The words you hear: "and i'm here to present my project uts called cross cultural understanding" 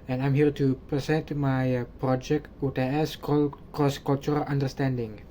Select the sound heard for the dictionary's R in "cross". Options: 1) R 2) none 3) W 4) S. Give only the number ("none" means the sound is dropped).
2